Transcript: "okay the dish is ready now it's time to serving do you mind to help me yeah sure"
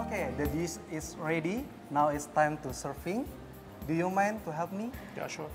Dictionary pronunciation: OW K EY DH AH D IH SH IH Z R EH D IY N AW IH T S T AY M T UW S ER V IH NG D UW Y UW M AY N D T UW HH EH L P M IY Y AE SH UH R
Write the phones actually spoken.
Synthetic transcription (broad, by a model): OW K EY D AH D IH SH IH S R EH D IY N AW IH T S T AY M T UW S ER F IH NG D UW Y UW M AY N T UW HH EH L P M IY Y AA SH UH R